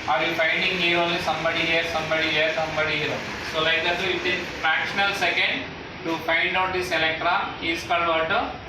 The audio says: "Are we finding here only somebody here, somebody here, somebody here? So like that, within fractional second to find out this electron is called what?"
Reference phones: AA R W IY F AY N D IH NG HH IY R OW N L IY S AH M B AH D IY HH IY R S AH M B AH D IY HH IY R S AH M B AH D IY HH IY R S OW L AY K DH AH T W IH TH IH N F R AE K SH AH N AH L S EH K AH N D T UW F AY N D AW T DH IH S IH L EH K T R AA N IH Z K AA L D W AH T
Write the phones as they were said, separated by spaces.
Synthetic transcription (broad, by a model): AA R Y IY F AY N D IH NG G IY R OW N L IY S AH M B AH D IY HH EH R S AH M B AH D IY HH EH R S AH M B AH D IY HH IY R S OW L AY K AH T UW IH T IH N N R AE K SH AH N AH L S EH K AH N D T UW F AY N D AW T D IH S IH L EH K T R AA IH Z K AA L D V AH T